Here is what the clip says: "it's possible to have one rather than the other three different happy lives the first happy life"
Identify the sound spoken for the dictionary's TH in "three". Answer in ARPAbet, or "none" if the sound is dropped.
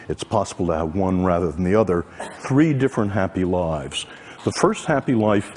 TH